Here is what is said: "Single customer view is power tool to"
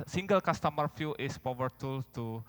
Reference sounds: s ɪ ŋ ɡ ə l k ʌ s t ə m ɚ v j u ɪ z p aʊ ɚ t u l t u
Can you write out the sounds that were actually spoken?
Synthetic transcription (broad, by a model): s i ŋ ɡ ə l k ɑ s t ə m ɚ f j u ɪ s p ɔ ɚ t u l t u